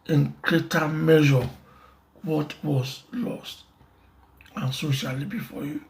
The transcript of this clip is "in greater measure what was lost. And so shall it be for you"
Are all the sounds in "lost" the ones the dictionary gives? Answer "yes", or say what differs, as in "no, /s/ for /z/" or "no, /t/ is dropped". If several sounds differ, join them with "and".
yes